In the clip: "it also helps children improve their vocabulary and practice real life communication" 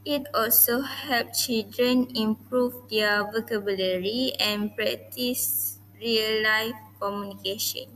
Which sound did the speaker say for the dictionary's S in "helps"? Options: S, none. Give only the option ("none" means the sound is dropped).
none